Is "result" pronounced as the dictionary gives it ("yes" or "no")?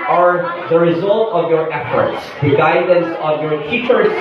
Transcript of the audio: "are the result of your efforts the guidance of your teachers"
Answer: yes